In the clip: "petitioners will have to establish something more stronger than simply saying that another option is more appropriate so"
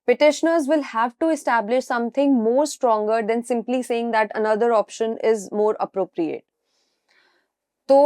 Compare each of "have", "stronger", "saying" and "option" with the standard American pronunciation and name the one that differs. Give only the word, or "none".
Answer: none